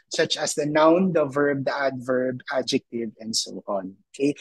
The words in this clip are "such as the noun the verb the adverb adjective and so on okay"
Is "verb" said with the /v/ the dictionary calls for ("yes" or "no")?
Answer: yes